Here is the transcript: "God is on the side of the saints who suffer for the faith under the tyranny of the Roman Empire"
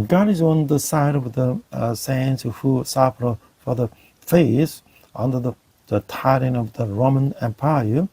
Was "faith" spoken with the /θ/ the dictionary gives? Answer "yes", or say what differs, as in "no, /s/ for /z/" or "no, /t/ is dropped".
no, /s/ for /θ/